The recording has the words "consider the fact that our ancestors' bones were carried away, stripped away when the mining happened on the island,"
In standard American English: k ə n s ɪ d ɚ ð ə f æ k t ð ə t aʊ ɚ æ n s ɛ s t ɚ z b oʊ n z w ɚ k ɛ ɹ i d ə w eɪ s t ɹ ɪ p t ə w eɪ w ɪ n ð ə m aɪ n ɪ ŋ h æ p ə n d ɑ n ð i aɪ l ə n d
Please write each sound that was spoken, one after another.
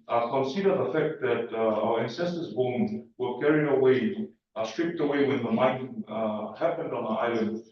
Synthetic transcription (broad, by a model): k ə n s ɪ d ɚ ð ə f æ k t ð ə t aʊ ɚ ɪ n s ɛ s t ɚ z b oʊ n w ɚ k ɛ ɹ i ə w eɪ s t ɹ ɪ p t ə w eɪ w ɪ n ð ə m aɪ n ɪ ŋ h æ p ə n d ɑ n ð i aɪ l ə n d